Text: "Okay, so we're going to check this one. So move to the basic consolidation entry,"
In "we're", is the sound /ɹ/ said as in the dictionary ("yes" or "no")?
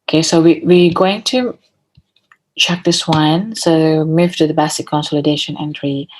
no